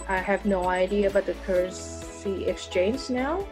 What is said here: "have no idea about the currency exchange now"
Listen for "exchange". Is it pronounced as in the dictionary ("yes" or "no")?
no